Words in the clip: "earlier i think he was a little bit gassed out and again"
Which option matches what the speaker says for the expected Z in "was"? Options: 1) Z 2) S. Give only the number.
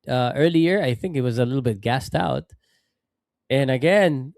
1